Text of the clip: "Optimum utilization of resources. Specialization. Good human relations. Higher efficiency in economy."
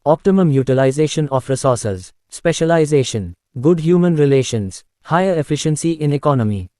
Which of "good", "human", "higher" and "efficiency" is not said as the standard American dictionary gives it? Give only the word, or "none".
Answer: none